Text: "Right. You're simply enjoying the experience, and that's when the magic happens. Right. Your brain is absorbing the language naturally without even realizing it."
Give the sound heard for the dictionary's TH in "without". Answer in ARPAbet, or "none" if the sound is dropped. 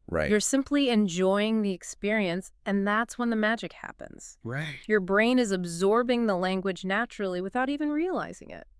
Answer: TH